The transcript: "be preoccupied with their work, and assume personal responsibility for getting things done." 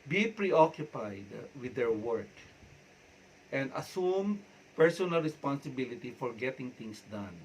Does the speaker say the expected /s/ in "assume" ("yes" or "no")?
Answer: yes